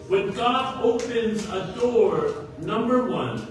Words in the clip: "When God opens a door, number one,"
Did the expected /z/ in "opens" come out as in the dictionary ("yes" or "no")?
yes